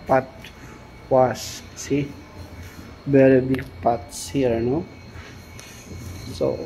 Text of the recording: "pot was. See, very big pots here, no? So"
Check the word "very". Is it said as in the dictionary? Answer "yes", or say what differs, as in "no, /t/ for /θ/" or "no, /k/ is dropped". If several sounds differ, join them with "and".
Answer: no, /b/ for /v/